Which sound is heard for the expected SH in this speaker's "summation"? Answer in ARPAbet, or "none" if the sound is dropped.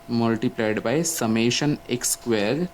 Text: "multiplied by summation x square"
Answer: SH